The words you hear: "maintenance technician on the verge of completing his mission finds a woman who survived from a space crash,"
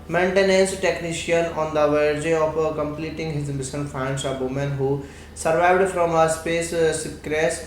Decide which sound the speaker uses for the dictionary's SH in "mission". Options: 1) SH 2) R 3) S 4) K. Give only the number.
3